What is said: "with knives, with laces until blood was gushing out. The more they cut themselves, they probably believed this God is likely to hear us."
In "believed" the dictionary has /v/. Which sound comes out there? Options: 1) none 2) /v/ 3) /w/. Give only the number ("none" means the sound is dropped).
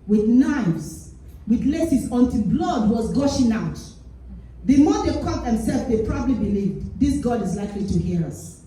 2